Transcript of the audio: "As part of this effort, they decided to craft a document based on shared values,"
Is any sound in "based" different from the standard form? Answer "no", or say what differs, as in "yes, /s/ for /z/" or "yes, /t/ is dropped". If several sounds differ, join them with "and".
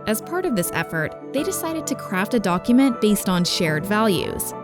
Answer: no